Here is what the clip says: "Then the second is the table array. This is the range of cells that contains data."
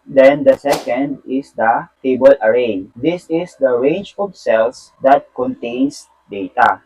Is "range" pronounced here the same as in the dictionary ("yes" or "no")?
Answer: no